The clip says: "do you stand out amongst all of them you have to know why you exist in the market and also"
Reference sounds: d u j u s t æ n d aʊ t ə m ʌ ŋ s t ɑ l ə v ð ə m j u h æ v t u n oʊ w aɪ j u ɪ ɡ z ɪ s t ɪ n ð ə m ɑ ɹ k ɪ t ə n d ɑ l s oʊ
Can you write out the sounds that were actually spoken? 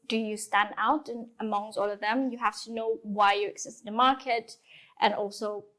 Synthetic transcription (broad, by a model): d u j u s t æ n d aʊ t ə m ʌ ŋ s t ɑ l ə v ð ə m j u h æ f t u n oʊ w aɪ j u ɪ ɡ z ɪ s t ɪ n ð ə m ɑ ɹ k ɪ t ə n ɑ l s oʊ